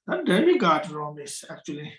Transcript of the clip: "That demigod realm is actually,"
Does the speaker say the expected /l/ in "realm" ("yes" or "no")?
no